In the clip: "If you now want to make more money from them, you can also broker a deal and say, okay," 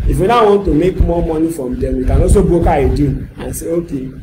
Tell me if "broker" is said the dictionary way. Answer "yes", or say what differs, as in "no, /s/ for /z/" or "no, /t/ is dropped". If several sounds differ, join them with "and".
no, /ɹ/ is dropped